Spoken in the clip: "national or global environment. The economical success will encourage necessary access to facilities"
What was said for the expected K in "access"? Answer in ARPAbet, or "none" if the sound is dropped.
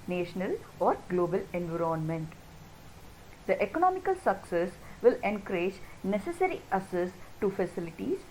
none